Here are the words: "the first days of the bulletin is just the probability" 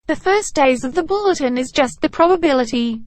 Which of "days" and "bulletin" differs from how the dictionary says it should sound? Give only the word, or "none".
none